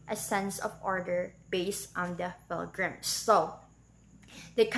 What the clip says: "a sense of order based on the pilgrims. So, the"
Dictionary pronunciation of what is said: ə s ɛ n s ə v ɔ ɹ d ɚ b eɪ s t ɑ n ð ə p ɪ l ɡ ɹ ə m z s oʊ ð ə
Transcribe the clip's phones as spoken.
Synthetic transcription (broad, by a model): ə s ɛ n s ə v ɔ ɹ d ɚ b eɪ s t ɑ n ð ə f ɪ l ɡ ɹ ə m s oʊ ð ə